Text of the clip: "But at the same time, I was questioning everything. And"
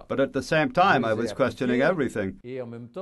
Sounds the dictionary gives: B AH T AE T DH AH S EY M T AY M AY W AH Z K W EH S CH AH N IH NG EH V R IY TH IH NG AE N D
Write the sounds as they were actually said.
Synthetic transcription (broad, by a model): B AH T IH T DH AH S EY M T AY M AY W AH Z K W EH S CH AH N IH NG EH V R IY TH IH NG